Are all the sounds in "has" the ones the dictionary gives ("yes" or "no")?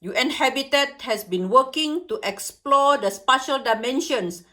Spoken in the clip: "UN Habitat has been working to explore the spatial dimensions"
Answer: no